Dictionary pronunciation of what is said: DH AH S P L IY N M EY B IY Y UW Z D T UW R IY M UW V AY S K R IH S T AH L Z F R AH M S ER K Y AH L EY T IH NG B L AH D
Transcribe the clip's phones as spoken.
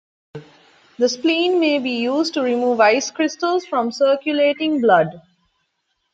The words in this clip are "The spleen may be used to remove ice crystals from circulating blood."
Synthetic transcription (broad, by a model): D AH S P L IY N M EY B IY Y UW Z D T UW R IY M UW V AY S K R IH S T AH L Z F R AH M S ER K Y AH L EY T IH NG B L AH D